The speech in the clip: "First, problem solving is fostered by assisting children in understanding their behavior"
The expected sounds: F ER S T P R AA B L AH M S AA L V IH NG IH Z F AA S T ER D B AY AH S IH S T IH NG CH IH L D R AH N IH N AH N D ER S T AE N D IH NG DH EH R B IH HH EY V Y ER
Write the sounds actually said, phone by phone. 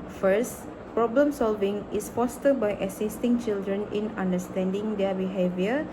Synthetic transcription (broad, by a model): F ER S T P R AA B L AH M S AA L V IH NG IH S F AA S T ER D B AY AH S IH S T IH NG CH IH L D R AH N IH N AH N D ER S T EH N D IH NG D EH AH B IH HH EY V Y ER